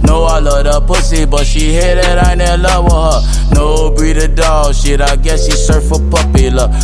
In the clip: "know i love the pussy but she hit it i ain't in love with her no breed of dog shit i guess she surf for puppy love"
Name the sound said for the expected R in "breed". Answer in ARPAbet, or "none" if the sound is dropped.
none